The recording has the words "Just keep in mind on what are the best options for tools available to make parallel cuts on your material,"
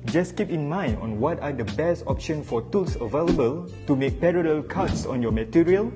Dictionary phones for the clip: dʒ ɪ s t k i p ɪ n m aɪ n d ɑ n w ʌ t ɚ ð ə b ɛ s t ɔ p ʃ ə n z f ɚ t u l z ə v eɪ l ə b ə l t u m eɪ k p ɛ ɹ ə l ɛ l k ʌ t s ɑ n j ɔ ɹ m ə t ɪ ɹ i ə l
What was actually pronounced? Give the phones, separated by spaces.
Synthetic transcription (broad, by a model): dʒ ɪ s k i p ɪ n m aɪ n d ɑ n w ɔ t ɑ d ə b ɛ s t ɔ p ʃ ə n f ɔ t u l s ə v eɪ l ə b ə l t u m eɪ k p ɛ ɹ ə l ɛ l k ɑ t s ɑ n j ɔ m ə t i ɹ i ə l